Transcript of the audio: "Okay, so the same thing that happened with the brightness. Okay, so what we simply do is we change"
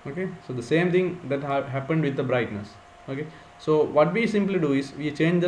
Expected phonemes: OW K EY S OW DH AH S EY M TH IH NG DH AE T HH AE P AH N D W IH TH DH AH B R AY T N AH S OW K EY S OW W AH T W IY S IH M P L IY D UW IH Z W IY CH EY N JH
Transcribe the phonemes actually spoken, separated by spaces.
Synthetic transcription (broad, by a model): OW K EY S OW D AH S EY M T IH NG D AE T HH AE P AH N D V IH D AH B R AY T N AH S OW K EY S OW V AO T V IY S IH M P L IY D UW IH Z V IY CH EY N JH